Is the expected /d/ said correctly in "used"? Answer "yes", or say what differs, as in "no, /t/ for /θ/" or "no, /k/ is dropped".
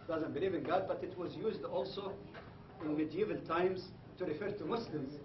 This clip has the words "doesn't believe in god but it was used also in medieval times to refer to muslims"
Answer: yes